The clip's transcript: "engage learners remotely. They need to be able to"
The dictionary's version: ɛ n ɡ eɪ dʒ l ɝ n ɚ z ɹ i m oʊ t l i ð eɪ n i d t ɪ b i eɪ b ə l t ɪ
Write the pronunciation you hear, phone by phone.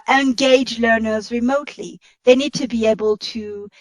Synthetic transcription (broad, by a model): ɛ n ɡ eɪ dʒ l ɝ n ɚ z ɹ i m oʊ t l i ð eɪ n i d t ɪ b i eɪ b ə l t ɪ